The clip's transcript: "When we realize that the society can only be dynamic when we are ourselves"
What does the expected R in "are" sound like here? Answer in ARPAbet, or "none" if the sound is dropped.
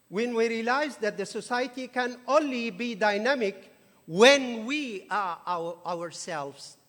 W